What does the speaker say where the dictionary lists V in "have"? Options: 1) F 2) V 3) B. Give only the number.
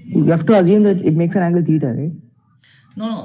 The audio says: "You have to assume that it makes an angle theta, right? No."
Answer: 1